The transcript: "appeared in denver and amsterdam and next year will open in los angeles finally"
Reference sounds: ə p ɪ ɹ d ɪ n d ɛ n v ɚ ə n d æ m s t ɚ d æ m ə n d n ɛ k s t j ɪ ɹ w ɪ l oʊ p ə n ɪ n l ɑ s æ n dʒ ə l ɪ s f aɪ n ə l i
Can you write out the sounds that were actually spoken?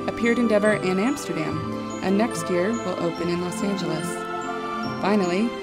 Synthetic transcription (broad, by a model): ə p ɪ ɹ d ɪ n d ɛ v ɚ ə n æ m s t ɚ d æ m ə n n ɛ k s t j ɪ ɹ w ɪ l oʊ p ə n ɪ n l ɑ s æ n dʒ ə l ɪ s f aɪ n l i